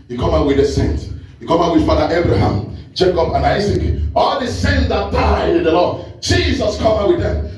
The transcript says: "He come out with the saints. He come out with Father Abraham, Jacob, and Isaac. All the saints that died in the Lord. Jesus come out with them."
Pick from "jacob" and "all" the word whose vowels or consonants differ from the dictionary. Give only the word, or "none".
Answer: jacob